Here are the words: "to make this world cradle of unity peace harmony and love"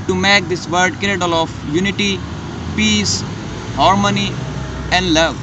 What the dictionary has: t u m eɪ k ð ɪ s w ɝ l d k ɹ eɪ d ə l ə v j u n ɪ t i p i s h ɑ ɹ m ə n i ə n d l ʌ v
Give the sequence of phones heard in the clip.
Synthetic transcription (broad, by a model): t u m eɪ k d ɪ s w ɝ d k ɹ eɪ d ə l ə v j u n ɪ t i p i s h ɑ ɹ m ə n i ə n d l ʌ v